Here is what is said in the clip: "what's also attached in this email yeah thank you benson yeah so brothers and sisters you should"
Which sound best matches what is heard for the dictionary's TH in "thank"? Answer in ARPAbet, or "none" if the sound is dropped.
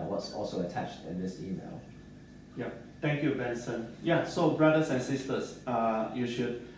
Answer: T